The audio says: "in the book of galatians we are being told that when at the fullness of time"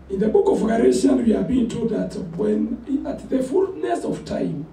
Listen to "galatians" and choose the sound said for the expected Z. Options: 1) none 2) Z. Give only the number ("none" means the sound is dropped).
1